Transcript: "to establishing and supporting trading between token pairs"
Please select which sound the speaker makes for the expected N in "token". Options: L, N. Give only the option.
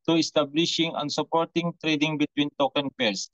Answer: N